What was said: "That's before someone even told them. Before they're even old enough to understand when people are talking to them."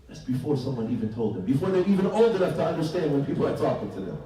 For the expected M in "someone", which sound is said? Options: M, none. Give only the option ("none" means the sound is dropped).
M